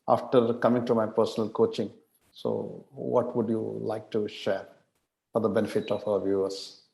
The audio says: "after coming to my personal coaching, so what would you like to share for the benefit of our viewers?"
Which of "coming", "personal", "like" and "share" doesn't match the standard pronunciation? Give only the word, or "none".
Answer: none